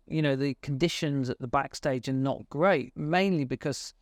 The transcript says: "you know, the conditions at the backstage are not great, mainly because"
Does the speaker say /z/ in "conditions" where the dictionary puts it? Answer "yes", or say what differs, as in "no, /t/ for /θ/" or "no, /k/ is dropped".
yes